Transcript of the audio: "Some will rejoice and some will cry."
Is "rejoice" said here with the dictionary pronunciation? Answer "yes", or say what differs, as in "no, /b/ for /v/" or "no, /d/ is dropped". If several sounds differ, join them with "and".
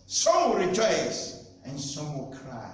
yes